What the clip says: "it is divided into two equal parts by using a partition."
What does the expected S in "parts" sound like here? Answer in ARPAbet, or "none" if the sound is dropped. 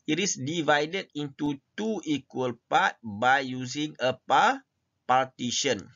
none